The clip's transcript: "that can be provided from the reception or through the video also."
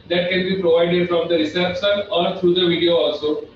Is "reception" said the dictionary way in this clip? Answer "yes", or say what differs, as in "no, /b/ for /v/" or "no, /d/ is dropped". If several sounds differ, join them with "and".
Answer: no, /s/ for /ʃ/